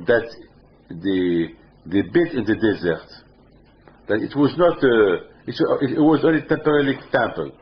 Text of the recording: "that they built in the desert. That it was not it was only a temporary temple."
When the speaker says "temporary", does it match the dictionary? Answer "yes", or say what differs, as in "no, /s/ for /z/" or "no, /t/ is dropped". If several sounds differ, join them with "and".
no, /l/ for /ɹ/